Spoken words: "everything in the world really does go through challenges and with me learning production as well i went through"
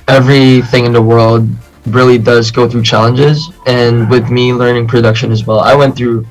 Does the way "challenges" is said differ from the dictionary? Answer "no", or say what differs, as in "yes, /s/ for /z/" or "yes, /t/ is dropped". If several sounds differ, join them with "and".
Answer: no